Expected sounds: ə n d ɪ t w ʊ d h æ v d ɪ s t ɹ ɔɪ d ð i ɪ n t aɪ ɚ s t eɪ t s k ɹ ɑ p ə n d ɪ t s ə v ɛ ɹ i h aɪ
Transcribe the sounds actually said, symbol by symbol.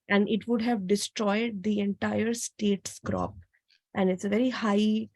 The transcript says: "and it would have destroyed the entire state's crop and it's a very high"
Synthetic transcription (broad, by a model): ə n d ɪ t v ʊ d h æ v d ɪ s t ɹ ɔɪ d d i ɪ n t aɪ ɚ s t eɪ t s k ɹ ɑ p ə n d ɪ t s ə v ɛ ɹ i h aɪ